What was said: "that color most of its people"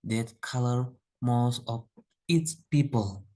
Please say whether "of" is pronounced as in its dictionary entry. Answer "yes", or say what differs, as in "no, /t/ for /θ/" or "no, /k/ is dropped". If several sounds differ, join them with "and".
no, /p/ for /v/